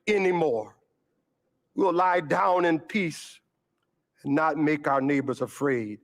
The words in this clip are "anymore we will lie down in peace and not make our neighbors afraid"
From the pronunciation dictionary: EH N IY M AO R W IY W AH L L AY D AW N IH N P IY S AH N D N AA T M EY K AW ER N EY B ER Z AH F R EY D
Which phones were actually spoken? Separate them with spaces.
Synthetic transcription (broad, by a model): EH N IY M AO R W IY L L AY D AW N IH N P IY S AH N N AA T M EY K AW ER N EY B ER Z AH F R EY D